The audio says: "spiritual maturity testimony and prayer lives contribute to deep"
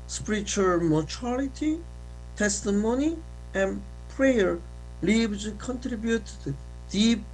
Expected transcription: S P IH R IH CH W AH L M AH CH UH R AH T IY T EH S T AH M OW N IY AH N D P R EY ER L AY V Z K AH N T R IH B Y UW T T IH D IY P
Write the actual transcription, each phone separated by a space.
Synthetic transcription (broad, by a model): S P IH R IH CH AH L M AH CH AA L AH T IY T EH S T AH M OW N IY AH N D P R EY ER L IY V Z K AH N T R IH B Y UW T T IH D IY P